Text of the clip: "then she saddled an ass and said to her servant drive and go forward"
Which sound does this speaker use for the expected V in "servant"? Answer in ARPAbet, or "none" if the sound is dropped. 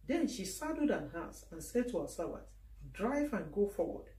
B